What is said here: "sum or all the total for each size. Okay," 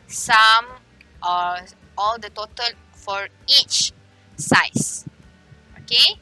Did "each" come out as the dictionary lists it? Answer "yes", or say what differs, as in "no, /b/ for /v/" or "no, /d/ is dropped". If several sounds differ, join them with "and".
yes